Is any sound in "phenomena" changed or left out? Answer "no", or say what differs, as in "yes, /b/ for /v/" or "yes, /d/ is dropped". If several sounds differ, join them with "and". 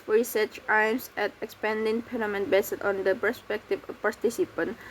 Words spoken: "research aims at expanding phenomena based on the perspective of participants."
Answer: yes, /p/ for /f/